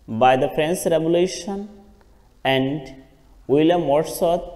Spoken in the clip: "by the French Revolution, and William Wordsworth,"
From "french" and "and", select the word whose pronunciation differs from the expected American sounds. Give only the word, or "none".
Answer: french